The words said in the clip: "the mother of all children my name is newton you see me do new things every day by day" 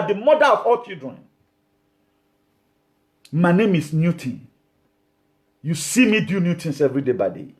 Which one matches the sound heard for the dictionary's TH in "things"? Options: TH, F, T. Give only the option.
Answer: T